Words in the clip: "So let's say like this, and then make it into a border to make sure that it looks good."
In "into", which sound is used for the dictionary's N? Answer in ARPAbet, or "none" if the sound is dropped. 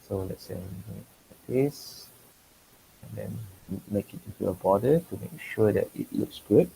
none